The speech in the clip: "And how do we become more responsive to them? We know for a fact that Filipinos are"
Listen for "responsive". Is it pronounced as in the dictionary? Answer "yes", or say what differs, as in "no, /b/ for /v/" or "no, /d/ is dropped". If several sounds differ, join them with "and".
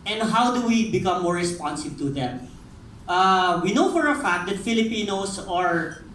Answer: no, /b/ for /v/